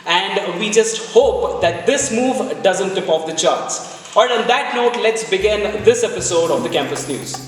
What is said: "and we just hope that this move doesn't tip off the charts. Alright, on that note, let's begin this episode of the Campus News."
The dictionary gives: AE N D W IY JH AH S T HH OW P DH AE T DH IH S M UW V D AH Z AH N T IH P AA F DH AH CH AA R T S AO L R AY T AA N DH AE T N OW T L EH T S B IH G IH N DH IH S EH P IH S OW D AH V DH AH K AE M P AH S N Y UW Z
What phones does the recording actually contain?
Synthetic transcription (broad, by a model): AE N D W IY JH AH S T HH OW P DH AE T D IH S M UW V D AH Z AH N T IH P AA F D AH CH AA R T S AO R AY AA N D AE T N OW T L EH T S B IH G IH N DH IH S EH P IH S OW D AH V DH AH K AE M P AH S N Y UW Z